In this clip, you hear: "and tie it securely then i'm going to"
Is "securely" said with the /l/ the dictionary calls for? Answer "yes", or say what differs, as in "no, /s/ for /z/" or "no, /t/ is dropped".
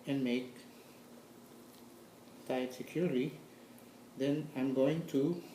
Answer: no, /l/ is dropped